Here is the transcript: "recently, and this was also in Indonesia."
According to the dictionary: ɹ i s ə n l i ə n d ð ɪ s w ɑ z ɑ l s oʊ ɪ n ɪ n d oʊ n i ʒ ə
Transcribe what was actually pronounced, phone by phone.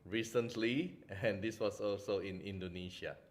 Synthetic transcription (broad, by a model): ɹ i s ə n l i ə n d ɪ s w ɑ s ɑ l s oʊ ɪ n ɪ n d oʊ n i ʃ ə